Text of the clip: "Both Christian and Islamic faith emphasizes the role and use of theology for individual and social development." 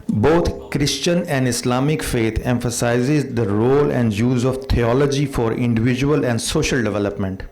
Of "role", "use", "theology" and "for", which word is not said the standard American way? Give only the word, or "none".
theology